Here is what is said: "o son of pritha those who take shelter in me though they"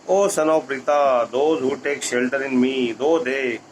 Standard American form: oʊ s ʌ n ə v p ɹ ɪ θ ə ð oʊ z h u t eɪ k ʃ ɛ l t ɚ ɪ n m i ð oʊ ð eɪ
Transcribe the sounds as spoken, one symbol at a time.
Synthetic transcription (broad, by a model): oʊ s ʌ n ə p ɹ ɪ t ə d oʊ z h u t eɪ k ʃ ɛ l t ɚ ɪ n m i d oʊ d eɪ